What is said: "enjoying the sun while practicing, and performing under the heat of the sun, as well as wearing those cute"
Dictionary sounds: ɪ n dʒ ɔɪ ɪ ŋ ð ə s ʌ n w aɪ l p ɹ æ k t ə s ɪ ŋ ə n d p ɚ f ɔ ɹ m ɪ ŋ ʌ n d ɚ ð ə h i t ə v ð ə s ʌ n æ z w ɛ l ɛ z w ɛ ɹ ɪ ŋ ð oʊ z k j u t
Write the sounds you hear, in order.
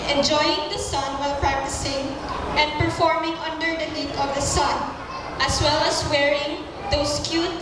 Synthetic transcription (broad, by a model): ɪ n dʒ ɔɪ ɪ ŋ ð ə s ʌ n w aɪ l p ɹ æ k t ə s ɪ ŋ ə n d p ɚ f ɔ ɹ m ɪ ŋ ʌ n d ɚ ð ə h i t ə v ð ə s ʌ n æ s w ɛ l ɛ s w ɛ ɹ ɪ ŋ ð oʊ s k j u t